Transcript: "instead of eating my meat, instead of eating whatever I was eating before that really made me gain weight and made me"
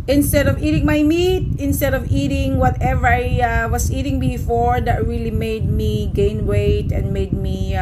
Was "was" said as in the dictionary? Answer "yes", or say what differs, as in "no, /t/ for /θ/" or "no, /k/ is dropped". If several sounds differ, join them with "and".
no, /s/ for /z/